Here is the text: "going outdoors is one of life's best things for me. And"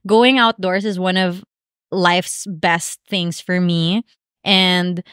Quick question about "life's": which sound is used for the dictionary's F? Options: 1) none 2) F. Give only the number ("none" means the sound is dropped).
2